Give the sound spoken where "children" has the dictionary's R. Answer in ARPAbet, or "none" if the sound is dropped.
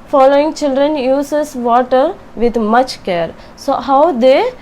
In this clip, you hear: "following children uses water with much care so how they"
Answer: R